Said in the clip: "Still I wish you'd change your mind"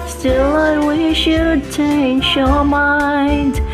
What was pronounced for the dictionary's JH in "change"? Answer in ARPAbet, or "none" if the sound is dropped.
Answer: SH